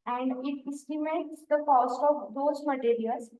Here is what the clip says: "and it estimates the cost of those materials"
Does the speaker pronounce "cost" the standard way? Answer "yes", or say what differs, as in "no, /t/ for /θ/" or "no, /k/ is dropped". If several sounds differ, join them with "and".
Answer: yes